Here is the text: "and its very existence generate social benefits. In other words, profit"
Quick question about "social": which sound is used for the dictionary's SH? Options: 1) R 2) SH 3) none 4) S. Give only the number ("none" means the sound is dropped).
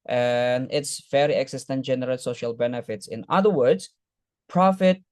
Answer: 2